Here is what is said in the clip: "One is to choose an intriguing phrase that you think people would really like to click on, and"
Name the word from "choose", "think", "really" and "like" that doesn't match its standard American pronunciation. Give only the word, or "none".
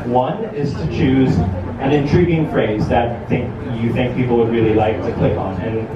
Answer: none